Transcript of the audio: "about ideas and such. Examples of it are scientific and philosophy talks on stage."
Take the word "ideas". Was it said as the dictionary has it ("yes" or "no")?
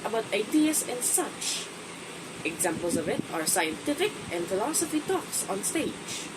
no